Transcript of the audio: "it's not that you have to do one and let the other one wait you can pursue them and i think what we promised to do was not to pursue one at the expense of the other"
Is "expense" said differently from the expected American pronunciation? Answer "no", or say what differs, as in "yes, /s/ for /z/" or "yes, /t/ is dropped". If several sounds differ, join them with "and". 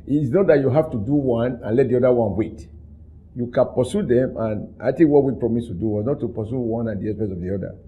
yes, /k/ is dropped and /n/ is dropped